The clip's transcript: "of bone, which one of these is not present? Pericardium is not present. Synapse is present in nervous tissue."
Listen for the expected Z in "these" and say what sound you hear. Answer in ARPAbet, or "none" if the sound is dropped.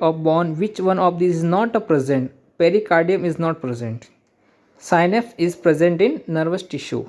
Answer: none